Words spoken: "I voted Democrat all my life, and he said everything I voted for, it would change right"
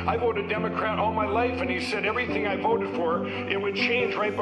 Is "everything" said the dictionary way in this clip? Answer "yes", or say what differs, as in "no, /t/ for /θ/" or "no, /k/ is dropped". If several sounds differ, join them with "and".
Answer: yes